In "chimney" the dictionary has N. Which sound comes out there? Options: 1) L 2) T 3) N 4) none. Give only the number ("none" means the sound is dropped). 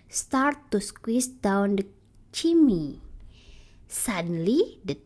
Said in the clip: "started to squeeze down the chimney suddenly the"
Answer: 4